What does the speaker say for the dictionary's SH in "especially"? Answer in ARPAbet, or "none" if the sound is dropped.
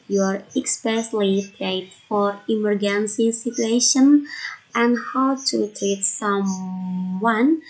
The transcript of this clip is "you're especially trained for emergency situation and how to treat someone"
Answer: S